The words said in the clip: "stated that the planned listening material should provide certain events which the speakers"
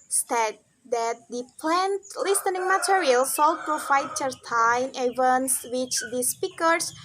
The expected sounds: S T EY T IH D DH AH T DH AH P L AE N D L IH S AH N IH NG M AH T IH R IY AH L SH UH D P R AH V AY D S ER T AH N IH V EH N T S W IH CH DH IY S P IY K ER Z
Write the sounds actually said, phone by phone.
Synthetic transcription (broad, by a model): S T T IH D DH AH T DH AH P L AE N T L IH S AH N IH NG M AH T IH R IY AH L S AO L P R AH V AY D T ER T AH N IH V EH N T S W IH CH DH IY S P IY K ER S